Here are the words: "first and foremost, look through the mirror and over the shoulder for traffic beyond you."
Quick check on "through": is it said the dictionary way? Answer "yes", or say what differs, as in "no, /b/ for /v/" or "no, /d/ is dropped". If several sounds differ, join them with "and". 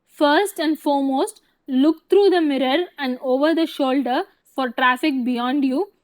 no, /t/ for /θ/